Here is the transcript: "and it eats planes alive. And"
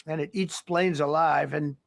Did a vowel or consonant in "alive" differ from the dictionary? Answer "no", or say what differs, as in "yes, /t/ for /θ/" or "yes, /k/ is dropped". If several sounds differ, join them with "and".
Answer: no